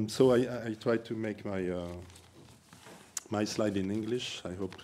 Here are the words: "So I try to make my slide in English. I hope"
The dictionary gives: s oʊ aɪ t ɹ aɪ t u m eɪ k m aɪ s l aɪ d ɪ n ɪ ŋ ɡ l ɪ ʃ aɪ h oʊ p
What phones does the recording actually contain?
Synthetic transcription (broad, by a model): s oʊ aɪ t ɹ aɪ t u m eɪ k m aɪ s l aɪ d ɪ n ɪ ŋ ɡ l ɪ ʃ aɪ h oʊ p